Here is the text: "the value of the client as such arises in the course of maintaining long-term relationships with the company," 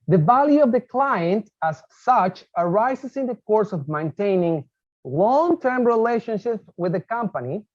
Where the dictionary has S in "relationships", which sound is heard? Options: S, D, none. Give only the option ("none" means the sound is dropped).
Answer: none